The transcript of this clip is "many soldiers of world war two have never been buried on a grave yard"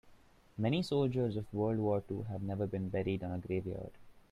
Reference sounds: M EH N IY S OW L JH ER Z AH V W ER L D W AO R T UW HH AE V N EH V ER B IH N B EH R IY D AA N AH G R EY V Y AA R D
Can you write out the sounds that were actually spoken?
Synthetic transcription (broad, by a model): M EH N IY S OW L JH ER Z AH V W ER L D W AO R T UW HH AE V N EH V ER B IH N B EH R IY D AA N AH G R EY V Y AA R D